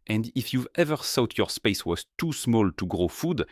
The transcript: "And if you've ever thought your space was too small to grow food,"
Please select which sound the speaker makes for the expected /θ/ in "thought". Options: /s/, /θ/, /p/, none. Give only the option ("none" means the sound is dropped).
/s/